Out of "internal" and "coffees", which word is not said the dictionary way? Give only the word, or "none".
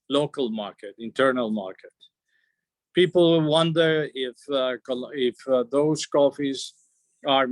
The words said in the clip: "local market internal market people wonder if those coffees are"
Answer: none